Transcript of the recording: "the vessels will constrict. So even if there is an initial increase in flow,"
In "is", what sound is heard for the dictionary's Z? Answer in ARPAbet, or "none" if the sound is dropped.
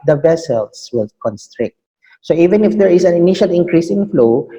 S